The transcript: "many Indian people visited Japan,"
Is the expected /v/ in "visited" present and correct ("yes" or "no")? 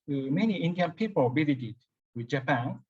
no